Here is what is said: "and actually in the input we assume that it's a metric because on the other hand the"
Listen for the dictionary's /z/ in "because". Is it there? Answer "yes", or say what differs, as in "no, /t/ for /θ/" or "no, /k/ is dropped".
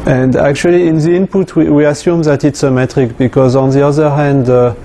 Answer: yes